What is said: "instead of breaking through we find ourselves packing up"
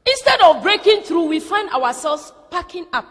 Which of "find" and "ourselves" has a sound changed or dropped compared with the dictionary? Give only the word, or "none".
ourselves